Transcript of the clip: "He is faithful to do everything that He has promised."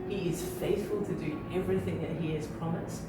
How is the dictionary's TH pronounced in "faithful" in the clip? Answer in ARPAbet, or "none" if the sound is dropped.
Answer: TH